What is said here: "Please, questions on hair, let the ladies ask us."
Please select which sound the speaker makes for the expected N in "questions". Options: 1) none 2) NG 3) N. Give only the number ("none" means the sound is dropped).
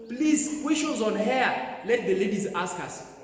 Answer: 1